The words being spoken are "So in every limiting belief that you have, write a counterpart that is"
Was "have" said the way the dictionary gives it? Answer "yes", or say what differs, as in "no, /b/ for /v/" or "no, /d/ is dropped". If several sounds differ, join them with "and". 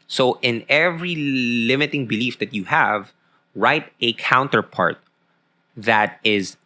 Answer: yes